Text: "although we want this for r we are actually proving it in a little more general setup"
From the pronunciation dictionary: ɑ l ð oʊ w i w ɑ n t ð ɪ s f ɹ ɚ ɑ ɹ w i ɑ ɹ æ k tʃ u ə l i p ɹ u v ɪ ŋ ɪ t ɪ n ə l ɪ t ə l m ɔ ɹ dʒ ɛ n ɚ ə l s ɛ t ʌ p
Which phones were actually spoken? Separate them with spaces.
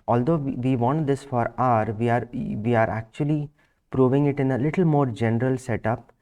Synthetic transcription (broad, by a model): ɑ l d oʊ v i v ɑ n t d ɪ s f ɹ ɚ ɑ ɹ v i ɑ ɹ æ k tʃ u ə l i p ɹ u v ɪ ŋ ɪ t ɪ n ə l ɪ t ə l m ɔ ɹ dʒ ɛ n ɚ ə l s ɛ t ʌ p